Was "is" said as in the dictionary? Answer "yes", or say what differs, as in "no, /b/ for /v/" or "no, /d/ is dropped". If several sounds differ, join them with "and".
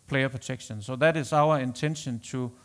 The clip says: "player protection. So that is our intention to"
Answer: no, /s/ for /z/